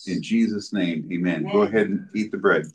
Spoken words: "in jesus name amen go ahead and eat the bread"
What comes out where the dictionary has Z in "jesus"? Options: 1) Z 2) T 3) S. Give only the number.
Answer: 1